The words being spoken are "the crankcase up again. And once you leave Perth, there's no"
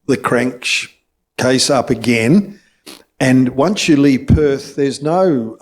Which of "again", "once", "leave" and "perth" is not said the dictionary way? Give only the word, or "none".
none